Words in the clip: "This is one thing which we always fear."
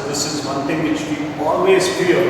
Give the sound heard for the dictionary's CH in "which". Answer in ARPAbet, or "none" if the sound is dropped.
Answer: CH